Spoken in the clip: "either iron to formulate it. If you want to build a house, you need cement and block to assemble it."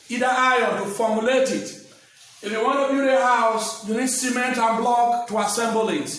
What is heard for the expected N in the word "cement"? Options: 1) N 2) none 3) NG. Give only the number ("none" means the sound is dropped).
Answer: 1